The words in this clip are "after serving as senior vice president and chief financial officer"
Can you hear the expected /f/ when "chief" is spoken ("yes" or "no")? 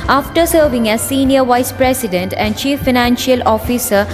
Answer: yes